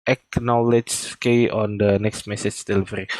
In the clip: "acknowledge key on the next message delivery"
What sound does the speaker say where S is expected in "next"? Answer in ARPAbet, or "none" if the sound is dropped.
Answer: S